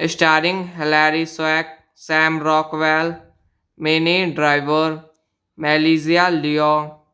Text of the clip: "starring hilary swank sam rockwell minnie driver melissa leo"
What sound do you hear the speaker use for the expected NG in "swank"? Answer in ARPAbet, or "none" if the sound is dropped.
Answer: none